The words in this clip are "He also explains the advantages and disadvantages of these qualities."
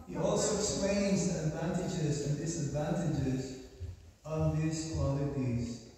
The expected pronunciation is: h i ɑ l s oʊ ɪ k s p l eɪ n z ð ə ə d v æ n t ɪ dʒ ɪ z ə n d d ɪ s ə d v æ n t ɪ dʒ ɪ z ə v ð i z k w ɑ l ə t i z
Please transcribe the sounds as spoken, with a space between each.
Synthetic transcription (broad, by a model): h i ɑ l s oʊ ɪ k s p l eɪ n z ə ə d v æ n t ɪ dʒ ɪ z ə n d d ɪ s ə d v æ n t ɪ dʒ ɪ z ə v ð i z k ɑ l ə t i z